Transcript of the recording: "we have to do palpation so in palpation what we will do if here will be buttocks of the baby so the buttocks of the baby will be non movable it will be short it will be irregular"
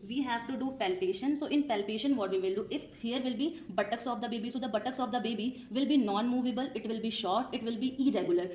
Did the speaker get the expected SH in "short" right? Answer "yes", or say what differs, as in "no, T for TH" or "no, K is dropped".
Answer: yes